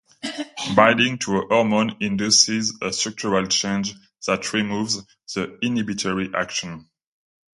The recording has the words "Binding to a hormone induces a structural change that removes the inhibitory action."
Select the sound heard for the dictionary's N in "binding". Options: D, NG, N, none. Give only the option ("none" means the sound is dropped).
none